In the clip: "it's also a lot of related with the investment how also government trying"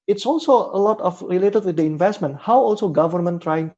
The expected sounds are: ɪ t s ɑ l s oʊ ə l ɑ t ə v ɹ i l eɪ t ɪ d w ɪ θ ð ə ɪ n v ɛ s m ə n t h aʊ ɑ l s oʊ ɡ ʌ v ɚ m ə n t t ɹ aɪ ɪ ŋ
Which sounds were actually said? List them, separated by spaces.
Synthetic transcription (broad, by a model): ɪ t s ɑ l s oʊ ə l ɑ t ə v ɹ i l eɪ t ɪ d w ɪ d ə ɪ n v ɛ s m ə n t h aʊ ɑ l s oʊ ɡ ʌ v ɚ m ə n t t ɹ aɪ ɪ ŋ